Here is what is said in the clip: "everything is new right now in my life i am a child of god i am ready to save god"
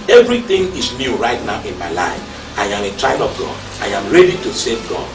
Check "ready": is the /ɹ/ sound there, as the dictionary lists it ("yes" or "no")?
yes